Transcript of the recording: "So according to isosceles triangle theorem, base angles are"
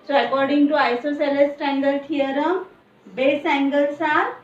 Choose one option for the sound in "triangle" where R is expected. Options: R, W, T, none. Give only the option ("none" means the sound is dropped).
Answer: none